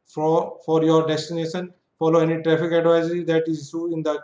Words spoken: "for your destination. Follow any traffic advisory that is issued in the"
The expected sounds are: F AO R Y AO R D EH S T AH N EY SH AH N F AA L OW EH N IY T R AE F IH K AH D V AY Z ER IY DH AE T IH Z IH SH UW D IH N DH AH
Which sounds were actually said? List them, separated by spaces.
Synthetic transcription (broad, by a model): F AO R Y AO R D EH S T AH N EY SH AH N F AA L OW EH N IY T R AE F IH K AH D V AY Z ER IY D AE T IH Z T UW IH N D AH